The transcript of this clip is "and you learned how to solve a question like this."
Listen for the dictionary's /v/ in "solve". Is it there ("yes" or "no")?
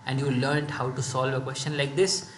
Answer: yes